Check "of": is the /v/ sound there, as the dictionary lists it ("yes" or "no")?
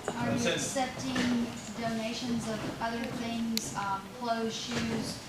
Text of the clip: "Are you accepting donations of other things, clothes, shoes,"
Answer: yes